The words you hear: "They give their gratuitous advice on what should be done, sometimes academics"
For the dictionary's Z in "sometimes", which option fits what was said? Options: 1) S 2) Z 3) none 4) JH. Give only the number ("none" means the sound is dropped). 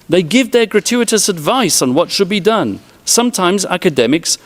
2